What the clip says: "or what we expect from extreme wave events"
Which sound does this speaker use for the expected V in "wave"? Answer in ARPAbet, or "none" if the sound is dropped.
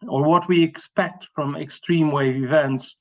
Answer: V